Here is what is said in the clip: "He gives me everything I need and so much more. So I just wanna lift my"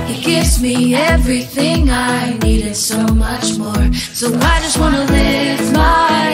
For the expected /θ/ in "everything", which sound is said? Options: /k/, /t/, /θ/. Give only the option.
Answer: /θ/